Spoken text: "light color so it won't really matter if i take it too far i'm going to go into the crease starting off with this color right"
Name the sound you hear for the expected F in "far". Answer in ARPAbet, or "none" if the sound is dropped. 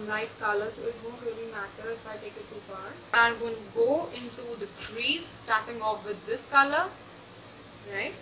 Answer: P